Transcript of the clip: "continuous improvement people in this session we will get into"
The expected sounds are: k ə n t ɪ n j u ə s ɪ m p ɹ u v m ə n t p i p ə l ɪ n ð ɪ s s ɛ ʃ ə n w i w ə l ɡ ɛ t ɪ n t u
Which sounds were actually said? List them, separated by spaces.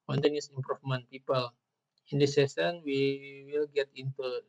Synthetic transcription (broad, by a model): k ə n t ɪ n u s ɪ m p ɹ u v m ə n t p i p ə l ɪ n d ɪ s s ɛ s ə n w i w ə l ɡ ɛ t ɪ n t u